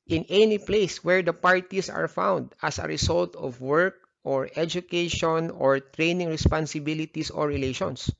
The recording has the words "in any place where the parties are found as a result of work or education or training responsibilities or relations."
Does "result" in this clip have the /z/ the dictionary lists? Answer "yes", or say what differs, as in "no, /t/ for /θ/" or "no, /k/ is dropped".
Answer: no, /s/ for /z/